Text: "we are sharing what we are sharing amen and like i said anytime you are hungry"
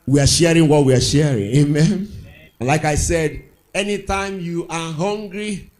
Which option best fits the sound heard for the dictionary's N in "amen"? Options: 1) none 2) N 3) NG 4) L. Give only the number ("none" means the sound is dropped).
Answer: 2